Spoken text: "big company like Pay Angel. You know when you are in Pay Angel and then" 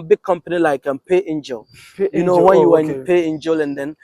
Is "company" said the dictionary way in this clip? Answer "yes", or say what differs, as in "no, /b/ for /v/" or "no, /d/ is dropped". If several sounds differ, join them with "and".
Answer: yes